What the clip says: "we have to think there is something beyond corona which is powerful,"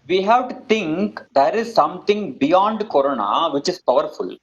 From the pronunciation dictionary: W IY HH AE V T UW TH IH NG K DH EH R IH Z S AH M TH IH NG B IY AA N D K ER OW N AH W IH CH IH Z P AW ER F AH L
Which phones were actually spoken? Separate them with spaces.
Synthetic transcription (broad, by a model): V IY HH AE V T UW T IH NG K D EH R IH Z S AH M T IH NG B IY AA N D K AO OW N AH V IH CH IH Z P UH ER F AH L